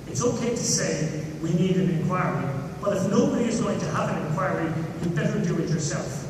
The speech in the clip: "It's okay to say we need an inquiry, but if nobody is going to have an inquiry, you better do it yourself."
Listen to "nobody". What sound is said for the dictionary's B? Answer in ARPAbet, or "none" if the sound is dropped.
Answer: none